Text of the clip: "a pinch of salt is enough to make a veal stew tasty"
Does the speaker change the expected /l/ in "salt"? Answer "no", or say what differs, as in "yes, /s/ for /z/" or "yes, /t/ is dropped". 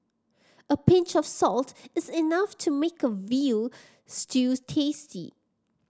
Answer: no